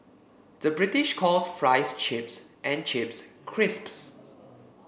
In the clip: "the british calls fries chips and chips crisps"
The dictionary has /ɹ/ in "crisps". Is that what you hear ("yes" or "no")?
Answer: yes